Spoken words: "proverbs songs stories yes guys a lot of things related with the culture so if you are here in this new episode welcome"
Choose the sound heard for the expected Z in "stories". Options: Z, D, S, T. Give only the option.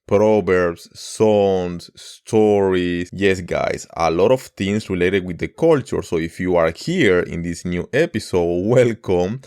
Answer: S